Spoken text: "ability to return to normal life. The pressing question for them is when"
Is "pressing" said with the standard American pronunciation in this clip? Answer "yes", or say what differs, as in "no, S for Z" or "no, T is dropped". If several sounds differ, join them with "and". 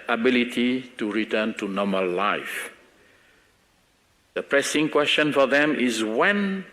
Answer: yes